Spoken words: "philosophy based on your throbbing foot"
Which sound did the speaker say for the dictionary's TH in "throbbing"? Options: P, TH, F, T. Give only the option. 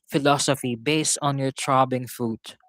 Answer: T